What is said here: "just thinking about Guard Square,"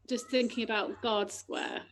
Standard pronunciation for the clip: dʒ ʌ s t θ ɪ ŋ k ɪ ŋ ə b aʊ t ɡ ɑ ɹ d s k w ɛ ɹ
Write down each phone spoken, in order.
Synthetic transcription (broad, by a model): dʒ ʌ s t θ ɪ ŋ k ɪ ŋ ə b aʊ t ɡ ɑ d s k w ɛ